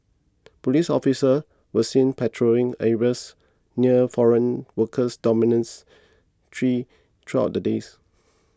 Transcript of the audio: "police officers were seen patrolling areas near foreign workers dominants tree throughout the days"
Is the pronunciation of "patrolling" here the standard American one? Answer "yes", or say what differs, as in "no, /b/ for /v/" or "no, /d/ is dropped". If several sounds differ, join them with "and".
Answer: no, /l/ is dropped